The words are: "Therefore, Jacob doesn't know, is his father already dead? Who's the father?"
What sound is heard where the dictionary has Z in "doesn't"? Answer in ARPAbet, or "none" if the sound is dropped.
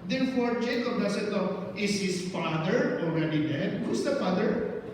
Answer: S